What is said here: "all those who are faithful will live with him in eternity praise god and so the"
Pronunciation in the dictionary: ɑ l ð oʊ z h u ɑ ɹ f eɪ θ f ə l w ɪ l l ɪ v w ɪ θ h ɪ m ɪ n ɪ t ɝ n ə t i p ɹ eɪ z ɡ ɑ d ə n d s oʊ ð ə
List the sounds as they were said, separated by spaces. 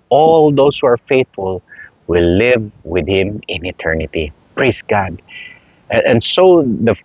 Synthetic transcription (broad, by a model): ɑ l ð oʊ s h u ɑ ɹ f eɪ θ f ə l w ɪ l l ɪ v w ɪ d h ɪ m ɪ n ɪ t ɝ n ə t i p ɹ eɪ s ɡ ɑ d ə n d s oʊ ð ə